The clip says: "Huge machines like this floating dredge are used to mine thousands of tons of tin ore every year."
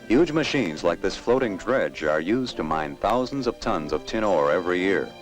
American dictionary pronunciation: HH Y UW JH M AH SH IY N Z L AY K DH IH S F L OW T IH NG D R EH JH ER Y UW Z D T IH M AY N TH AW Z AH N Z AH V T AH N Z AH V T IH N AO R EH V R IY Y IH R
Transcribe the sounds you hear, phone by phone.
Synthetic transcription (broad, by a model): HH Y UW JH M AH SH IY N Z L AY K DH IH S F L OW T IH NG D R EH JH ER Y UW Z T IH M AY N TH AW Z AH N Z AH V T AH N Z AH V T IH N AO R EH V R IY Y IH R